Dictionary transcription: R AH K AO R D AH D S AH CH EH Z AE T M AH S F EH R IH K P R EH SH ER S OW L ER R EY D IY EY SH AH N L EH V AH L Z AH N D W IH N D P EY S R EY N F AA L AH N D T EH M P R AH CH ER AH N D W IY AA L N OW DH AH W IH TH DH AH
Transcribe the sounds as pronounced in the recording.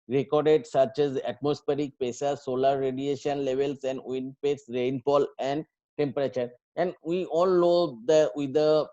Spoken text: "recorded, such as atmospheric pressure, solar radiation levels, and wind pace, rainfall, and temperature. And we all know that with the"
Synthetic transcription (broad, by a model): R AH K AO R D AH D S AH CH EH Z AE T M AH S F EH R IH K P EH S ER S OW L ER R EY D IY EY SH AH N L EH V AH L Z AH N D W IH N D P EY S R EY N F AA L AH N D T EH M P R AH CH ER AH N D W IY AA L N OW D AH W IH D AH